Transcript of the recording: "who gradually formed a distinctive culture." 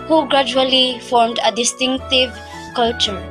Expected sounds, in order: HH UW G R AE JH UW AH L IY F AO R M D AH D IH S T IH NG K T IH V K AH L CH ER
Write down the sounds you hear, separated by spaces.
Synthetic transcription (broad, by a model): HH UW G R AE JH UW AH L IY F AO R M D AH D IH S T IH NG K T IH V K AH L CH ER